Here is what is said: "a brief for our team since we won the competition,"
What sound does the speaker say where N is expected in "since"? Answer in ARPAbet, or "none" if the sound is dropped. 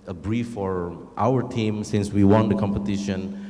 N